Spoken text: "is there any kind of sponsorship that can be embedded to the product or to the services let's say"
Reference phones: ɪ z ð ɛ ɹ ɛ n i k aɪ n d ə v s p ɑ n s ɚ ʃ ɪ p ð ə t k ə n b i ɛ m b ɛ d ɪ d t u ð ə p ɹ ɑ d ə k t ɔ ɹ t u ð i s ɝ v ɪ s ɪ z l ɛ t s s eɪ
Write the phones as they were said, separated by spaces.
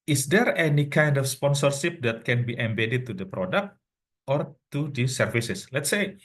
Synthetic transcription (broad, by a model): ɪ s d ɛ ɹ ɛ n i k aɪ n d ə f s p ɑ n s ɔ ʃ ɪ p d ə t k ə n b i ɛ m b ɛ d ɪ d t u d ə p ɹ ɑ d ə k t ɔ ɹ t u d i s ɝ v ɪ s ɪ s l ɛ t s s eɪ